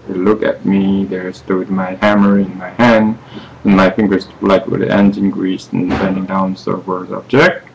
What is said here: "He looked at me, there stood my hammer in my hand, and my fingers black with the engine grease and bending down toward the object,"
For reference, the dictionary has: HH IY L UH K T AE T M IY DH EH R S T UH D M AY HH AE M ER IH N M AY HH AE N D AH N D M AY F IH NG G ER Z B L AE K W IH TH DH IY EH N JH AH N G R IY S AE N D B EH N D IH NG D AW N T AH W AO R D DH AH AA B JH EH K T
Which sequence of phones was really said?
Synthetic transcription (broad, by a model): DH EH L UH K AE T M IY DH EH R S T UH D M AY HH AE M ER IH N M AY HH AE N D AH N M AY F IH NG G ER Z L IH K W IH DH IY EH N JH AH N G R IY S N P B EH N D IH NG D AW N S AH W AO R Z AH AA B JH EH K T